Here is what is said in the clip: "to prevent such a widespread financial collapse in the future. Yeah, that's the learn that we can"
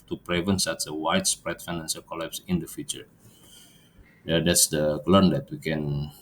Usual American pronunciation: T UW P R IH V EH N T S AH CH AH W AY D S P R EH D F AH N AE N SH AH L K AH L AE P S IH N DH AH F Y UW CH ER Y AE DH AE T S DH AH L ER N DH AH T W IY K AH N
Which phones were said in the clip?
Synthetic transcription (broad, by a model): T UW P R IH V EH N S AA S AH W AY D S P R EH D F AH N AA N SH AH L K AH L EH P S IH N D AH F Y UW CH ER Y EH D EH T S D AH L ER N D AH T W IY K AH N